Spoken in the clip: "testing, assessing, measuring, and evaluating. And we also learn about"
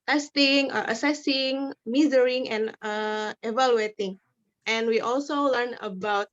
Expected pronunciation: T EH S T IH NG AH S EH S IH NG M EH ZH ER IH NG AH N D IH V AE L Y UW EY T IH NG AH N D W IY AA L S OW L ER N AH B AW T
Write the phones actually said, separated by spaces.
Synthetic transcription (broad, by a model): T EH S T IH NG AH S EH S IH NG M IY Z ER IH NG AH N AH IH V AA L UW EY T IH NG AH N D W IY AA L S OW L ER N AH B AW T